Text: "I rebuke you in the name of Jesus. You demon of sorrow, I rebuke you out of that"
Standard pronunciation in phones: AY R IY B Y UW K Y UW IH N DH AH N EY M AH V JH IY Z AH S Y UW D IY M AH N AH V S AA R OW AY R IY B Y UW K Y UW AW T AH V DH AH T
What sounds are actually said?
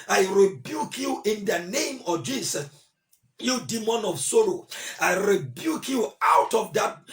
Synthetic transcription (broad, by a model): AY R IY B Y UW K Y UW IH N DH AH N EY M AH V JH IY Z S Y UW D IY M AH N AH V S AA R OW AY R IY B Y UW K Y UW AW T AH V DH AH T